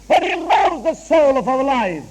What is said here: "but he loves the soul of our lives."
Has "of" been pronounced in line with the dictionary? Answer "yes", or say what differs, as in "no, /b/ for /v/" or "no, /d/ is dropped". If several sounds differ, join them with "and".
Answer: yes